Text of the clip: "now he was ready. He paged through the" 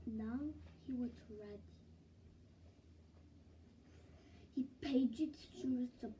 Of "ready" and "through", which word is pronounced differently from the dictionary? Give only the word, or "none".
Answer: through